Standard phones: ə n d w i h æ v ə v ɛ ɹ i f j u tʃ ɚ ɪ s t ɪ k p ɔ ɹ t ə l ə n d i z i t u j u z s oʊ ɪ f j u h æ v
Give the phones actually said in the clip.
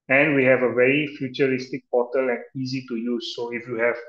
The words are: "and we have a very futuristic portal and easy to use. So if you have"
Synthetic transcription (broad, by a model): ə n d w i h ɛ v ə v ɛ ɹ i f j u tʃ ɚ ɪ s t ɪ k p ɔ t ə l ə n i z i t u j u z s oʊ ɪ f j u h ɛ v